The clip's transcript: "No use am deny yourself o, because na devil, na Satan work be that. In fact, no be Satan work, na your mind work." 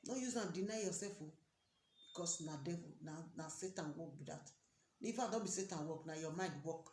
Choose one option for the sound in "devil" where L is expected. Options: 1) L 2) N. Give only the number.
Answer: 2